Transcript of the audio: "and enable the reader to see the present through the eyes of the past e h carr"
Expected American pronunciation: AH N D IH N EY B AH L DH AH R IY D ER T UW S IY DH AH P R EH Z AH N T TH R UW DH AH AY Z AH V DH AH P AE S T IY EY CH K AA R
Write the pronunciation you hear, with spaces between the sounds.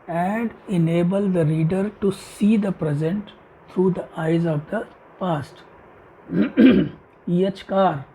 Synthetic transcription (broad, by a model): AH N D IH N EY B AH L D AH R IY D ER T UW S IY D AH P R EH Z AH N T T R UW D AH AY Z AH V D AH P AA S T IY EY CH K AA R